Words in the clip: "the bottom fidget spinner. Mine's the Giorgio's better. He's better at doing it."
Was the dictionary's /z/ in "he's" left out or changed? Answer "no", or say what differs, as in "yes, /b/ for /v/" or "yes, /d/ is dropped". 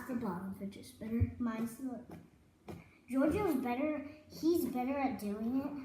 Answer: no